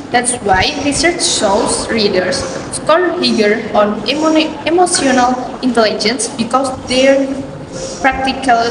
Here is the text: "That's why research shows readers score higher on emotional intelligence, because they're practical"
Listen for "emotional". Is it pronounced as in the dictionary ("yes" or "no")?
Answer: no